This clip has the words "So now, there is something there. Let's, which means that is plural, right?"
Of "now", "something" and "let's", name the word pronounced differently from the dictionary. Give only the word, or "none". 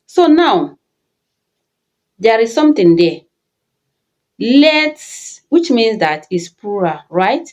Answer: something